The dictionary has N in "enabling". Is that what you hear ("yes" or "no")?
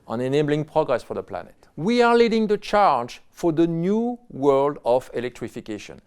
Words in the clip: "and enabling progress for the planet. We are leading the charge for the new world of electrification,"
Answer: yes